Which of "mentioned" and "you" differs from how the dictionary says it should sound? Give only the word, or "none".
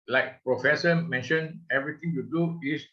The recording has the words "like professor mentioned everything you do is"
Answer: mentioned